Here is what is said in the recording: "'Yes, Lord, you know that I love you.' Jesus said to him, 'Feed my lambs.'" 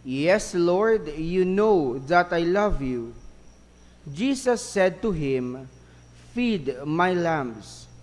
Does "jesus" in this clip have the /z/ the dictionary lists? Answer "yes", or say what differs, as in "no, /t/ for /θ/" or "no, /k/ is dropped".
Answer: no, /s/ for /z/